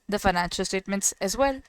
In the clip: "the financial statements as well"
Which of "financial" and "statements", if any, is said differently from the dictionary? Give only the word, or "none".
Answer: none